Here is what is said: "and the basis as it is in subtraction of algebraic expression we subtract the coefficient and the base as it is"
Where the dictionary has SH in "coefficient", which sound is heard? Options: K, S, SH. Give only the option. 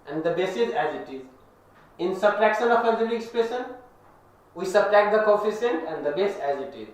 S